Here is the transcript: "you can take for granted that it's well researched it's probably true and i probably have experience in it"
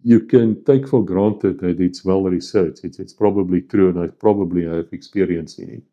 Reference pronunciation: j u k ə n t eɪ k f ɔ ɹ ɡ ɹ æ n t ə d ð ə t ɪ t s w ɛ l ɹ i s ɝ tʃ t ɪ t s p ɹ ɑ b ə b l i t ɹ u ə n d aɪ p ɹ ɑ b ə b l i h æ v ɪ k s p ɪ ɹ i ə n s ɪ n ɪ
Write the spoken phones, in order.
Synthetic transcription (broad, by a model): j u k ə n t eɪ k f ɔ l ɡ ɹ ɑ n t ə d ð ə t ɪ t s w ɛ l ɹ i s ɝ tʃ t ɪ t s p ɹ ɑ b ə b l i t ɹ u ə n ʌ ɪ p ɹ ɑ b ə b l i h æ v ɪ k s p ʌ ɹ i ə n s ɪ n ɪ